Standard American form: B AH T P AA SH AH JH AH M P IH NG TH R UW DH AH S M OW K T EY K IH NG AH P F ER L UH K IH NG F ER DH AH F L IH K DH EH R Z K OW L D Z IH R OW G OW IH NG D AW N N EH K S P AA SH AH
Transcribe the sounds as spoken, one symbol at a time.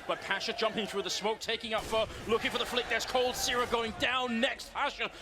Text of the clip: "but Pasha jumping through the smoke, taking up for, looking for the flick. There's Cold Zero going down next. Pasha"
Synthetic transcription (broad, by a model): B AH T P AA SH AH JH AH M P IH NG TH R UW DH AH S M OW K T EY K IH NG AH P F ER L UH K IH NG F ER DH AH F L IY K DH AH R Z K OW L D S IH R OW G OW IH NG D AW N N EH K S P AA SH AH